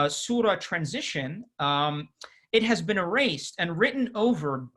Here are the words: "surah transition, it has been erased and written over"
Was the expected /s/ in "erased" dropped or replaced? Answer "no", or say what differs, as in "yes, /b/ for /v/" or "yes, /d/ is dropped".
no